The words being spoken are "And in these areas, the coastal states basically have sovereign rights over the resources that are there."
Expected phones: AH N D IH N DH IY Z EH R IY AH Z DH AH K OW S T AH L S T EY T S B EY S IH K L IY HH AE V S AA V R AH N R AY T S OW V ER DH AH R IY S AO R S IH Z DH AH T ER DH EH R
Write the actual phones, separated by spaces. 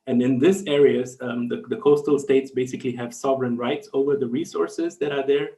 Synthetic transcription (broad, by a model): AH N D IH N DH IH S EH R IY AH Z DH AH K OW S T L S T EY T S B EY S IH K L IY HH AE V S AA V R AH N R AY T S OW V ER DH AH R IY S AO R S IH Z DH AH T ER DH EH R